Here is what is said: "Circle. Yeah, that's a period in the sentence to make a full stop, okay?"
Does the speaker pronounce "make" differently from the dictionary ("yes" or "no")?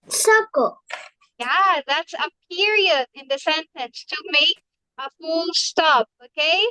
yes